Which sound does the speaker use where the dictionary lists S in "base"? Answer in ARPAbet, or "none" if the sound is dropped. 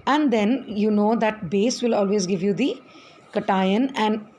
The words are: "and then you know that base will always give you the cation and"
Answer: S